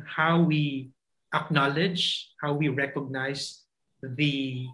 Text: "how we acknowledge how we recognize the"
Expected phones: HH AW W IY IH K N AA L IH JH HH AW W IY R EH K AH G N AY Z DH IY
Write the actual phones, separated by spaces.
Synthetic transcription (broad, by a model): HH AW W IY IH K N AA L IH JH HH AW W IY R EH K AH G N AY S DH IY